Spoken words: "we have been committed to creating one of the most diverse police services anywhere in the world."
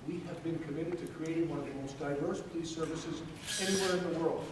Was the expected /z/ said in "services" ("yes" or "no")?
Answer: yes